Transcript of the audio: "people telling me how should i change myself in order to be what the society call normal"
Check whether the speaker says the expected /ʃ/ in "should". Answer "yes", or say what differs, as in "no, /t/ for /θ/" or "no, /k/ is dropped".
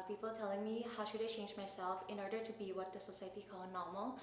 yes